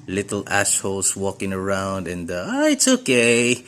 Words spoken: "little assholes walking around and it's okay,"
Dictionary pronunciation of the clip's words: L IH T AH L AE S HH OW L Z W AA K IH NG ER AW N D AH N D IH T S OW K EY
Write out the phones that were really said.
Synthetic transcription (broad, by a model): L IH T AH L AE SH HH OW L S W AA K IH NG ER AW N D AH N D IH T S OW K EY